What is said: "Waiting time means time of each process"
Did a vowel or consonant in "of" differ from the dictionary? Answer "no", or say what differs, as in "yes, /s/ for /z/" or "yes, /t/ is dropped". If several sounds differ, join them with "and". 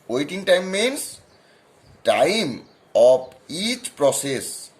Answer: yes, /p/ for /v/